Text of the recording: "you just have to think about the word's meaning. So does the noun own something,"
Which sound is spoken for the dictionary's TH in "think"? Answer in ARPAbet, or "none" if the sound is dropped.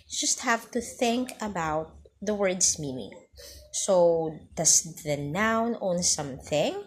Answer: TH